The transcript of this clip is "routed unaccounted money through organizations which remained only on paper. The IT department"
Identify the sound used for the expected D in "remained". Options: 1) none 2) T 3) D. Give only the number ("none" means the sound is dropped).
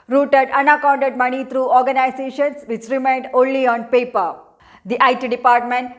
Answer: 3